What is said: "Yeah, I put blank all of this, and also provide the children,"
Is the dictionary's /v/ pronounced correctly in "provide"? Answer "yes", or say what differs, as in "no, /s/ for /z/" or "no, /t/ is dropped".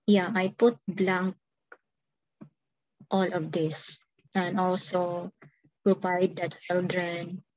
no, /p/ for /v/